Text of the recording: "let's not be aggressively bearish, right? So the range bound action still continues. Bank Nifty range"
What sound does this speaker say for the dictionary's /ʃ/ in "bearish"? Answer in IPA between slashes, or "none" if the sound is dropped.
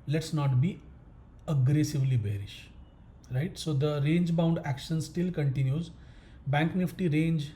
/ʃ/